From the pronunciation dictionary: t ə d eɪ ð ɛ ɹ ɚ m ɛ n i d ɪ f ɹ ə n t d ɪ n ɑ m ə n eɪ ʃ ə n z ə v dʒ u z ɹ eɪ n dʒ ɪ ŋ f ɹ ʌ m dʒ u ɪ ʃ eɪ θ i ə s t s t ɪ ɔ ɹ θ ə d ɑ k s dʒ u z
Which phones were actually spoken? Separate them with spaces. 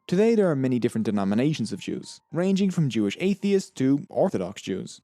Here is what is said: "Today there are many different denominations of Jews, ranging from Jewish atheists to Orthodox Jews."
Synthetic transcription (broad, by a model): t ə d eɪ ð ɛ ɹ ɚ m ɛ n i d ɪ f ɹ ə n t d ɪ n ɑ m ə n eɪ ʃ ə n z ə v dʒ u z ɹ eɪ n dʒ ɪ ŋ f ɹ ʌ m dʒ u ɪ ʃ eɪ θ i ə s s t ɪ ɔ ɹ θ ə d ɑ k s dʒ u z